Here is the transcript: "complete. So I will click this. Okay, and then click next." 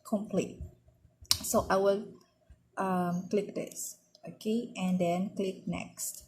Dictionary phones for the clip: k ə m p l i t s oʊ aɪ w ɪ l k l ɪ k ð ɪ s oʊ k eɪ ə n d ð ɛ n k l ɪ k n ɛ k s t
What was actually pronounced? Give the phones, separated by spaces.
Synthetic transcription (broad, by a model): k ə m p l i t s oʊ aɪ w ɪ l k l ɪ k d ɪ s oʊ k eɪ ə n d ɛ n k l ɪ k n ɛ k s t